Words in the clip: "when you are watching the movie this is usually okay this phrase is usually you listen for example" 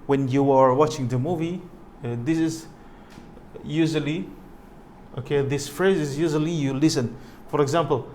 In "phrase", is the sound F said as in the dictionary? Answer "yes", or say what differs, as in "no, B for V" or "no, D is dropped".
yes